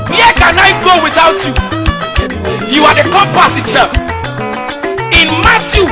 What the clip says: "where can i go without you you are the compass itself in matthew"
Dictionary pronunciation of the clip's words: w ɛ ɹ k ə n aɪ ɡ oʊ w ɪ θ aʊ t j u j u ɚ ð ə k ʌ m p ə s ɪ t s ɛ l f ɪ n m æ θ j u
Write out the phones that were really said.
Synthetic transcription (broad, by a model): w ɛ k ə n aɪ ɡ oʊ w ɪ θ aʊ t j u j u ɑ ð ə k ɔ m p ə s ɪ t ɛ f ɪ n m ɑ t j u